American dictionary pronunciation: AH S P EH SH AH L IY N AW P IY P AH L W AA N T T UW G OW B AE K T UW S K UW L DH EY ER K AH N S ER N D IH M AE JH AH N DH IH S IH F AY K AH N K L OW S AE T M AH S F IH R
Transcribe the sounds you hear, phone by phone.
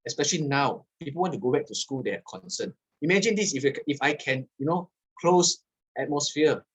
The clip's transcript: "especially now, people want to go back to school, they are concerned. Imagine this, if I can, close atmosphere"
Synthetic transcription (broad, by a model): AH S P EH SH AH L IY N AW P IY P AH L W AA N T T UW G OW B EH K T UW S K UW L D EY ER K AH N S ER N IH M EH JH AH N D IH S IH F AY K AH N K L OW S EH T M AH S F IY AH